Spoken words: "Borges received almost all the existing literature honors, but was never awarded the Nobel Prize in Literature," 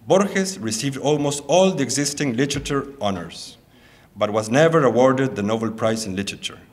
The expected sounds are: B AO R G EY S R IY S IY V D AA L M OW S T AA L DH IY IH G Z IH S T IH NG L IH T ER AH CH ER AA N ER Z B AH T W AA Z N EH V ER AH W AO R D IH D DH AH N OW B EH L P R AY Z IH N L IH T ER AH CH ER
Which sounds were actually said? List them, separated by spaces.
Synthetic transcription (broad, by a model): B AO R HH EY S R IY S IY V D AA L M OW S T AA L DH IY IH G Z IH S T IH NG L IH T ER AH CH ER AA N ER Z B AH T W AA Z N EH V ER AH W AO R D IH D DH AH N OW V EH L P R AY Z IH N L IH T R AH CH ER